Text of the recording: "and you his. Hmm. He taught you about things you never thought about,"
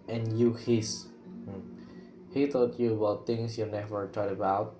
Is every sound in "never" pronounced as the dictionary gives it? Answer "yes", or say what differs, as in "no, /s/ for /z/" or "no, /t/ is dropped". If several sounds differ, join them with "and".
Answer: yes